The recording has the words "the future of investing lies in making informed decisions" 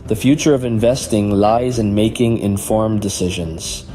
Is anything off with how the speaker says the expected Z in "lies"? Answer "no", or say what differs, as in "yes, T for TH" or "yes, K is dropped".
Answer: no